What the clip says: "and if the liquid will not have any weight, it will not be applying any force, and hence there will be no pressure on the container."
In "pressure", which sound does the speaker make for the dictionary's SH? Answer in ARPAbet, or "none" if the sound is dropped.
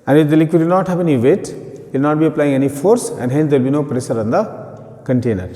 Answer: S